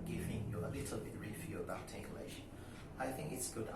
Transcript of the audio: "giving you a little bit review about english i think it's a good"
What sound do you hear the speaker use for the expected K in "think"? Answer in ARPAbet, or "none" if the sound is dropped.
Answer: K